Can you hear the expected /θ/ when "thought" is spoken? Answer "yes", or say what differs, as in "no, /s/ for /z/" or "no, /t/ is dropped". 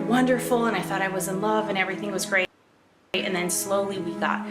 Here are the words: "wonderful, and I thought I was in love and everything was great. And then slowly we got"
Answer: yes